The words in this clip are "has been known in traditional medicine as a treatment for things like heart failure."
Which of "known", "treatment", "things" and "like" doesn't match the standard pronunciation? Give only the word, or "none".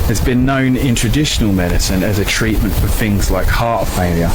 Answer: none